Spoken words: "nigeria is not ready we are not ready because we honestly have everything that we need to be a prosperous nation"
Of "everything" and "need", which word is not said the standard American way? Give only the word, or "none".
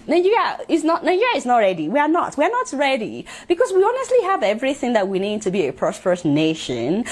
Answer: none